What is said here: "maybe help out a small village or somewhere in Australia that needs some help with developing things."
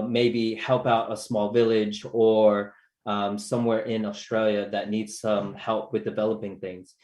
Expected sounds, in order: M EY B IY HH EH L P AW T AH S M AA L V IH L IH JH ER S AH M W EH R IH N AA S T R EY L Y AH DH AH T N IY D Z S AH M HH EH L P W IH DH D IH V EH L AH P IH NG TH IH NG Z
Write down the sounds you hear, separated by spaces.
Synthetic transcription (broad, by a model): M EY B IY HH EH L P AW T AH S M AA L V IH L IH JH ER S AH M W EH R IH N AA S T R EY L Y AH DH AH T N IY D Z S AH M HH EH L P W IH DH D IH V EH L AH P IH NG TH IH NG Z